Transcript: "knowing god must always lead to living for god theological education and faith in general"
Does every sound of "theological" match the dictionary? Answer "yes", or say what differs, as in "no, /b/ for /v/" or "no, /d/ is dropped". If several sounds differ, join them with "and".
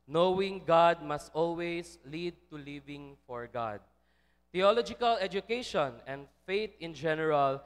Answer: no, /t/ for /θ/